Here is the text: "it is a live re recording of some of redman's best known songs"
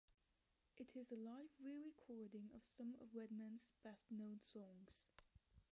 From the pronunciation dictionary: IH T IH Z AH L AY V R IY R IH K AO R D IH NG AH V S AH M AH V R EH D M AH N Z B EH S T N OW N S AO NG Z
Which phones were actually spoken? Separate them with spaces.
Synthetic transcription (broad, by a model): IH T IH Z AH L AY V R IY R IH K AO R D IH NG AH V S AH M AH V R EH D M AH N Z B EH S T N OW N S AO NG Z